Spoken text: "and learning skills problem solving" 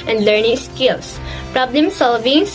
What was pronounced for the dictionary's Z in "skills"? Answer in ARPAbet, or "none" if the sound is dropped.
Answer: S